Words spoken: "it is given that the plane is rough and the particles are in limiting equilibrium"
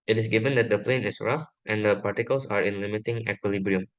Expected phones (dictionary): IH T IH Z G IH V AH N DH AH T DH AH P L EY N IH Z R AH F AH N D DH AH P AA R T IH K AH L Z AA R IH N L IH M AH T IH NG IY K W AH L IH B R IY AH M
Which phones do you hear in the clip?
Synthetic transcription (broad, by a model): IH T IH S G IH V AH N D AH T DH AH P L EY N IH S R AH F AH N D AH P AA R T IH K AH L S AA R IH N L IH M AH T IH NG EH K W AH L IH B R IY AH M